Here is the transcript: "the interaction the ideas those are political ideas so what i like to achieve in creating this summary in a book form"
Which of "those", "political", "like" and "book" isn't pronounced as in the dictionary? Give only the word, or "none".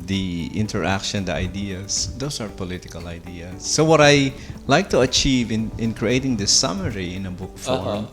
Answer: those